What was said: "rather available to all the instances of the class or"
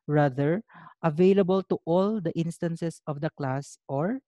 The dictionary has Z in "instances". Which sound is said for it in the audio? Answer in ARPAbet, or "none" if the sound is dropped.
S